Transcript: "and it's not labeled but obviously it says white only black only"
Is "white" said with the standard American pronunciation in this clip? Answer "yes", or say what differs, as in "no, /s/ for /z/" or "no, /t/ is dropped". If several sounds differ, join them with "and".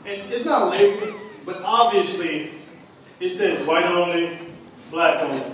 yes